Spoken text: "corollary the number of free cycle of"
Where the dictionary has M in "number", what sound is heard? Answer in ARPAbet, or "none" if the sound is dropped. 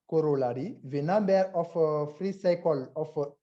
none